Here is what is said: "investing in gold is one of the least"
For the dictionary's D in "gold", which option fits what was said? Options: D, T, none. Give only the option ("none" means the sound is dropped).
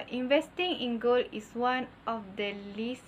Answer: none